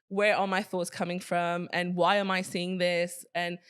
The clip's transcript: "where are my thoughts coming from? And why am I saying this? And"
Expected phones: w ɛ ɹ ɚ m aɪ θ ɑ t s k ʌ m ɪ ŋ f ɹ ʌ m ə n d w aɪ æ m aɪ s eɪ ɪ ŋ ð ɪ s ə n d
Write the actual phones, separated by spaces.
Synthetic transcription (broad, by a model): w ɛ ɹ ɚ m aɪ θ ɑ t s k ʌ m ɪ ŋ f ɹ ʌ m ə n w aɪ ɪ m aɪ s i ɪ ŋ ð ɪ s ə n